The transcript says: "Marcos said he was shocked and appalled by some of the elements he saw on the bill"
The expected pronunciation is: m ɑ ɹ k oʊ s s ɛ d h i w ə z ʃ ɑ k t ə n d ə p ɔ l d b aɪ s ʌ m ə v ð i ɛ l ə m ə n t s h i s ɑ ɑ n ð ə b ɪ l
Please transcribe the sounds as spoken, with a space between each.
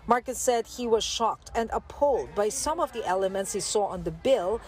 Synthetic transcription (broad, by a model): m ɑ ɹ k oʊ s s ɛ d h i w ə z ʃ ɑ k t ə n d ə p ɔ l d b aɪ s ʌ m ə v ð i ɛ l ə m ə n t s h i s ɑ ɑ n ð ə b ɪ l